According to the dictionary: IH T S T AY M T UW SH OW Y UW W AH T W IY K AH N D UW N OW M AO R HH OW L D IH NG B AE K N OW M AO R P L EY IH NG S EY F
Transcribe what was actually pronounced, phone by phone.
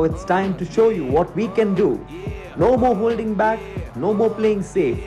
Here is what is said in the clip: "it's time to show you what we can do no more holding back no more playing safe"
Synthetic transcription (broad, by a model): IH T S T AY M T UW SH OW Y UW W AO T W IY K AH N D UW N OW M AO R HH OW L D IH NG B AE K N OW M AO R P L EY IH NG S EY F